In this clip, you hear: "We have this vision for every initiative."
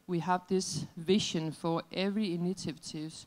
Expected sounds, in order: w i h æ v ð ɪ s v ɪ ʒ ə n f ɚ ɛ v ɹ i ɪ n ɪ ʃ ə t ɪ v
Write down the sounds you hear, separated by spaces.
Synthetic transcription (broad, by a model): w i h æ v ð ɪ s v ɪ ʃ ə n f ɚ ɛ v ɹ i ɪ n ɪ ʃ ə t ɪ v